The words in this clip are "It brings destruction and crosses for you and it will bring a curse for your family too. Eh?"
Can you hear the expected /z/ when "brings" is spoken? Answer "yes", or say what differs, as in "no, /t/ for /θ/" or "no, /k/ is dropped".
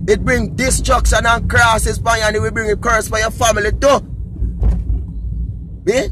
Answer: no, /z/ is dropped